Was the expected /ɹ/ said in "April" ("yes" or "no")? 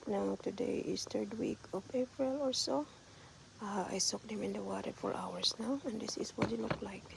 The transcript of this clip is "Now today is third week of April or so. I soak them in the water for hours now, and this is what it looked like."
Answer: yes